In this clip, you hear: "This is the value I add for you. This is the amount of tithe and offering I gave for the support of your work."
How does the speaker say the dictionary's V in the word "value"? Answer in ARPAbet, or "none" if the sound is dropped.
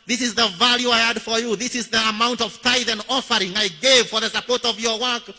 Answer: V